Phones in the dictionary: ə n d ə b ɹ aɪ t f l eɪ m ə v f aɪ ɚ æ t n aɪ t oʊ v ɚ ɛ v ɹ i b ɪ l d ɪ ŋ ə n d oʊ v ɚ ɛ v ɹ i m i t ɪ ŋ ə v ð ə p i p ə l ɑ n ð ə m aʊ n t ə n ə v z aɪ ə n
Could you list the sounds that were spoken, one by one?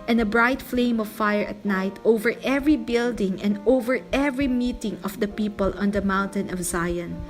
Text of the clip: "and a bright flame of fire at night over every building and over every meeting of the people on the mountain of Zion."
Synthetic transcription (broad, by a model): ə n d ə b ɹ aɪ t f l eɪ m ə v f aɪ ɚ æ t n aɪ t oʊ v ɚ ɛ v ɹ i b ɪ l d ɪ ŋ ə n d oʊ v ɚ ɛ v ɹ i m i t ɪ ŋ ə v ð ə p i p ə l ɑ n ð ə m aʊ n t ə n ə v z aɪ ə n